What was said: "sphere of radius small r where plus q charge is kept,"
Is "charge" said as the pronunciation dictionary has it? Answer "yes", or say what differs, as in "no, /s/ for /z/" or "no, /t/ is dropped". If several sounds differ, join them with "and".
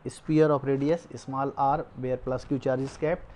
yes